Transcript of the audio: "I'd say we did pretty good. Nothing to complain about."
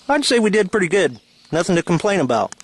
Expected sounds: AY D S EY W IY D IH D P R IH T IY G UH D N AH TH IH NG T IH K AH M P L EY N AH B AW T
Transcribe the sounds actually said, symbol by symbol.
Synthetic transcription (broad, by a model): AY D S EY W IY D IH D P R IH T IY G UH D N AH TH IH NG T IH K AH M P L EY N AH B AW T